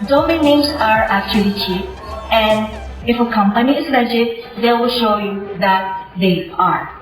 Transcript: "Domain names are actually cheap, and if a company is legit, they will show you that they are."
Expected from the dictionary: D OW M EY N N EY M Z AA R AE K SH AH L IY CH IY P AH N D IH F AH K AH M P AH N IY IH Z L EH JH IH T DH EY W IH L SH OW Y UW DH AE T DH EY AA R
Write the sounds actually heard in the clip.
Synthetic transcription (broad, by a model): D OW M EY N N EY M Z AA R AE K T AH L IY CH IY AH N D IH F AH K AH M P AH N IY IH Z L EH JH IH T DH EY W IH L SH OW Y UW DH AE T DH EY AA R